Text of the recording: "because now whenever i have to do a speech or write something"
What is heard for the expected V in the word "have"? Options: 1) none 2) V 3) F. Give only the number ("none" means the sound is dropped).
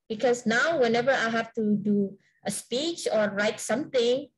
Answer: 3